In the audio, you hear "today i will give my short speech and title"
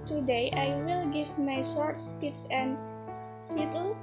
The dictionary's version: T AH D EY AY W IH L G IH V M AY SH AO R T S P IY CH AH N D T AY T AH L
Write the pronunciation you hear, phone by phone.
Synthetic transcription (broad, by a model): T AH D EY AY W IH L G IH V M AY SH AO R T S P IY S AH N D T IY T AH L